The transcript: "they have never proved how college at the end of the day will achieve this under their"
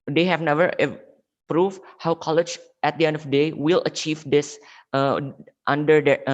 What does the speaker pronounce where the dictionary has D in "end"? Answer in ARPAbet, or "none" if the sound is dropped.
D